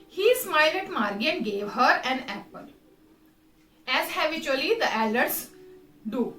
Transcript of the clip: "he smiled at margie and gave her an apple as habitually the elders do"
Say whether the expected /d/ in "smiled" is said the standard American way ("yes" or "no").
no